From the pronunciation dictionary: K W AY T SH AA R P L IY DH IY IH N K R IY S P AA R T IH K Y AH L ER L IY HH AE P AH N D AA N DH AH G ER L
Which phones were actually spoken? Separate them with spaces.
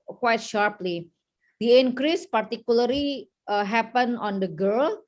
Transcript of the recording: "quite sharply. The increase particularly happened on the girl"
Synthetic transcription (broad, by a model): K W AY T SH AA R P L IY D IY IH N K R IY S P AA R T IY K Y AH L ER L IY HH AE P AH N AA N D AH G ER L